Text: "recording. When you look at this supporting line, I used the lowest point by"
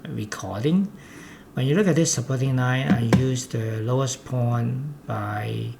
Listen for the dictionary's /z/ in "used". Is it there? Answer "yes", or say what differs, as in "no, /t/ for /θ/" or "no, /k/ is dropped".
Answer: no, /s/ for /z/